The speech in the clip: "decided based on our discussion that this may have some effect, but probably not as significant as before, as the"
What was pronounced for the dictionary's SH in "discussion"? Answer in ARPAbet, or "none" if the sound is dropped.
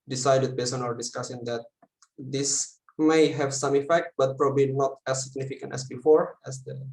S